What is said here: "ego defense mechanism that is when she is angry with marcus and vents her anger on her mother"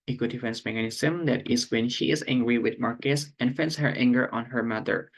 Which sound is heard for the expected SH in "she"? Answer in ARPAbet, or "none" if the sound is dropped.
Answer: SH